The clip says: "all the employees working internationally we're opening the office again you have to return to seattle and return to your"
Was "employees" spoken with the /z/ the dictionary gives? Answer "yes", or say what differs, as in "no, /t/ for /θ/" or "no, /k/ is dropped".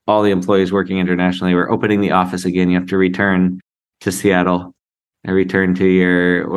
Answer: yes